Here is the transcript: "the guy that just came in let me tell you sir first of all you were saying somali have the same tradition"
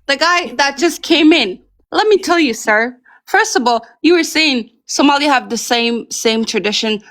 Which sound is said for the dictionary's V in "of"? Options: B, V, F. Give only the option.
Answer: V